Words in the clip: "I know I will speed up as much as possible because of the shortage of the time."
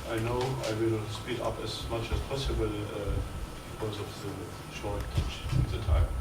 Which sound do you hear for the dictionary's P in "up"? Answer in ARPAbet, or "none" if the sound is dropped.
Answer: P